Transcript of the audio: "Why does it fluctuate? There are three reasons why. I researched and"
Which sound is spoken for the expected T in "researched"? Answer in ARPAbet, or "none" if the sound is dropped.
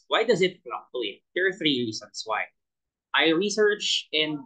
none